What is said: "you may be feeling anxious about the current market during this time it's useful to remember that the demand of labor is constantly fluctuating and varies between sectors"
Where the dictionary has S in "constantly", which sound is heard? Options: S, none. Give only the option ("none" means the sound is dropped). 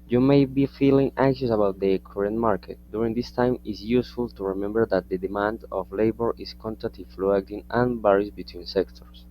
none